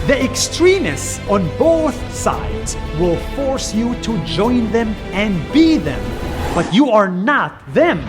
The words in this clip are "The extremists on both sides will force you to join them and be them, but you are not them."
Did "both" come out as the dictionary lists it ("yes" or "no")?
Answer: yes